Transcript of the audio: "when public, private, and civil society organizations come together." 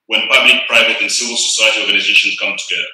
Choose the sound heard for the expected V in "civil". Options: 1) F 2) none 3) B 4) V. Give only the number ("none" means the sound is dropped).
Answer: 4